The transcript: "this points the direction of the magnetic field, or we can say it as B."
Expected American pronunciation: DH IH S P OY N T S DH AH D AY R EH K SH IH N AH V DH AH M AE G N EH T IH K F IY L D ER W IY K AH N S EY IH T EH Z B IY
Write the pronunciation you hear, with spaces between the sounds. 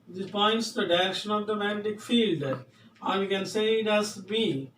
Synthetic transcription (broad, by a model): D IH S P OY N T S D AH D AY R EH K SH IH N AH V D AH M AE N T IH K F IY L D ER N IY K AH N S EY IH T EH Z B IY